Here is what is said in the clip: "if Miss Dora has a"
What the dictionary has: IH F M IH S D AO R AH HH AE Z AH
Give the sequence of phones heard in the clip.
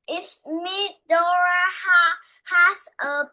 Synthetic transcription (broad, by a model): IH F M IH D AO R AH HH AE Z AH